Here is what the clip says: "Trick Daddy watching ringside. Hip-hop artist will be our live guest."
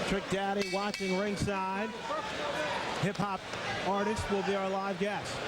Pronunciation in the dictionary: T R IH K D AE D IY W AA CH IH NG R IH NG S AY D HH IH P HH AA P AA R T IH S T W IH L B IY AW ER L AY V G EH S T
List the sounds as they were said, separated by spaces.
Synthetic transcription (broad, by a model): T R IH K D AE D IY W AA CH IH NG R IH NG S AY D HH IH P HH AA P AA R T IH S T W IH L B IY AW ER L AY V G EH S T